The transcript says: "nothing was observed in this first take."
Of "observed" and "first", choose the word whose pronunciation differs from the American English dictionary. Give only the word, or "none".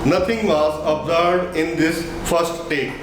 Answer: observed